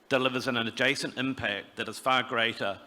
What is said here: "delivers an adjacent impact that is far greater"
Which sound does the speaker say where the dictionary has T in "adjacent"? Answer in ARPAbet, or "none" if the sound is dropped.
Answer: T